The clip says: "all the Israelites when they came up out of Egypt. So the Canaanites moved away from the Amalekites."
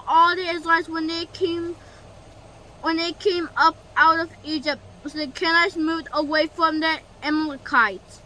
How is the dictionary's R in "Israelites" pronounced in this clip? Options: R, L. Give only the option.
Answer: L